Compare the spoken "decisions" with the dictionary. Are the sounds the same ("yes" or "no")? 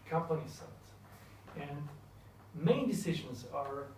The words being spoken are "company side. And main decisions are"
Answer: yes